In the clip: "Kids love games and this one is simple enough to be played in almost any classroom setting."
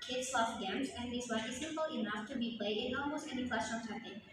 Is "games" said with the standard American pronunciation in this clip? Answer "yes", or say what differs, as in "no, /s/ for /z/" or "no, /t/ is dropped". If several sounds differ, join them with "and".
yes